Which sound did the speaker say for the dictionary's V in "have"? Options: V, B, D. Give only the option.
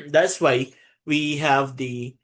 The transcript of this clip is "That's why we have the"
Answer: V